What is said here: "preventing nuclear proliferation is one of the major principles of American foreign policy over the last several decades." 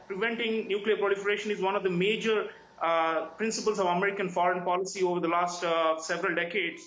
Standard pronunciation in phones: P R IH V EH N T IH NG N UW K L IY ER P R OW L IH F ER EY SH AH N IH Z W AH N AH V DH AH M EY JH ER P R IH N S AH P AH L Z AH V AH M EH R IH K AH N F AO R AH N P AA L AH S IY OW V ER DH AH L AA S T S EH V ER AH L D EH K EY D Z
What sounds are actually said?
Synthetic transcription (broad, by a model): P R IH V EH N T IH NG N UW K L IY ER P R OW L IH F ER EY SH AH N IH Z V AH N AH V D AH M EY JH ER P R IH N S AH P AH L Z AH V AH M EH R IH K AH N F AO R AH N P AA L AH S IY OW V ER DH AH L AA S T S EH V ER AH L D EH K EY D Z